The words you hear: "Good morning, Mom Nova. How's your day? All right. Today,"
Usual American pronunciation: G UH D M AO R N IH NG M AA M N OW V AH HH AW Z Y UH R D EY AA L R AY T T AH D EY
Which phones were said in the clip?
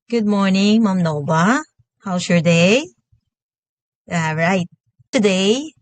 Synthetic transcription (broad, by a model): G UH D M AO R N IH NG M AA M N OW B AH HH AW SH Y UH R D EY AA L R AY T T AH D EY